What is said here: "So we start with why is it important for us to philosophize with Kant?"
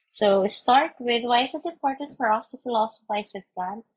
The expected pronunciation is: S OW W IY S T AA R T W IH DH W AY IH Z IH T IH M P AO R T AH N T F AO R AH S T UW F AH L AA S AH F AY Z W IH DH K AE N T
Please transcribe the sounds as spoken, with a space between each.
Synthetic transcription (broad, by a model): S OW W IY S T AA R T W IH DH W AY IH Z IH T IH P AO R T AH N F AO R AH S T UW F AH L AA S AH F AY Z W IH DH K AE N